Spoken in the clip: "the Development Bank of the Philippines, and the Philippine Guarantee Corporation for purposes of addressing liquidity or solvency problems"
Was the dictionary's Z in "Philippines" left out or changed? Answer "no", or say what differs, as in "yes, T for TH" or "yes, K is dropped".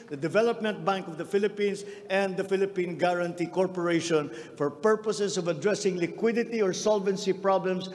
yes, S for Z